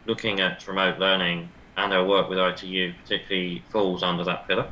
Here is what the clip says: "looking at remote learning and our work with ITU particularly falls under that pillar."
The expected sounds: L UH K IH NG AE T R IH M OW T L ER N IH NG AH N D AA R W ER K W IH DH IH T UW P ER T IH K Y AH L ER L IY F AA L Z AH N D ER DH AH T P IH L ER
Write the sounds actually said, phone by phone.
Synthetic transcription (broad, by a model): L UH K IH NG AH T R IH M OW T L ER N IH NG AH N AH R W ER K W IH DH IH T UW P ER T IH K Y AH L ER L IY F AA L Z AH N D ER DH AH T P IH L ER